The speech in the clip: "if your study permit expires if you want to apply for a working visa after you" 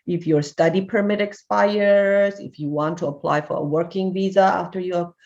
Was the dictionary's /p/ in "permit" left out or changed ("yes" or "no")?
no